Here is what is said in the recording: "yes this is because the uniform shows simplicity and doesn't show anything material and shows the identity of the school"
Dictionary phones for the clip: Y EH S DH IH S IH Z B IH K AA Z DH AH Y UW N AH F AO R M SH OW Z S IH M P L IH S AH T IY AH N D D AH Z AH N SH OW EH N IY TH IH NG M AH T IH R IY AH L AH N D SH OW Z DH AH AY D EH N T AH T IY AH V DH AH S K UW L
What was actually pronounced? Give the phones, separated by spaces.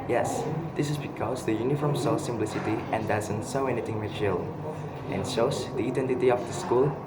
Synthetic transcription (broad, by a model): Y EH S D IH S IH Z B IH K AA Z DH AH Y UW N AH F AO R M S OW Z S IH M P L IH S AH T IY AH N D D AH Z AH N S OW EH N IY T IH NG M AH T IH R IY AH L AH N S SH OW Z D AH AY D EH N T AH T IY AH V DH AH S K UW L